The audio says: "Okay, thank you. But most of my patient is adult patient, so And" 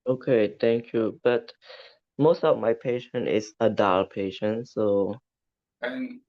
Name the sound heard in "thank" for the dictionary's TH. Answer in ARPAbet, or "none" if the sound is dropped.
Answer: T